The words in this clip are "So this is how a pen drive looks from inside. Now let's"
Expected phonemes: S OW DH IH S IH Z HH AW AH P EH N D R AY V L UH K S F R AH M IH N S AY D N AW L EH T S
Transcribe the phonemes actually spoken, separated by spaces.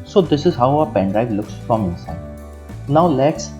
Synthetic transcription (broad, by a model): S OW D IH S IH Z HH AW AH P EH N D AY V L UH K S F R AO M IH N S AY D N AW L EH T S